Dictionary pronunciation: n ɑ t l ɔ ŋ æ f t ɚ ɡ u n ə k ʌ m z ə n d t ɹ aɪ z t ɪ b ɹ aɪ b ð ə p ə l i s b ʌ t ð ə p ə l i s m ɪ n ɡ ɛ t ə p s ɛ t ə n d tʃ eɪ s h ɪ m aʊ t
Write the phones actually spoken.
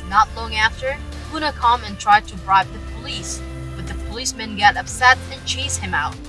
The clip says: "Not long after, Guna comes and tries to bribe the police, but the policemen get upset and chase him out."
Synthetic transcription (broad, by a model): n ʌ t l ɔ ŋ æ f t ɚ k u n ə k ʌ m ə n t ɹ aɪ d t ɪ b ɹ aɪ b ð ə p ə l i s b ʌ t ð ə p ə l i s m ɪ n ɡ ɛ t ə p s ɛ t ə n tʃ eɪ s h ɪ m aʊ t